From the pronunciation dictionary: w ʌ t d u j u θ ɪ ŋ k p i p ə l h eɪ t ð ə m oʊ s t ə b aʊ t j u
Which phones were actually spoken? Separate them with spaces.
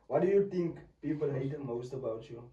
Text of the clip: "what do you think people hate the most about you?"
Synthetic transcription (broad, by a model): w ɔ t d u j u t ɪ ŋ k p i p ə l h eɪ t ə m oʊ s t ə b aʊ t j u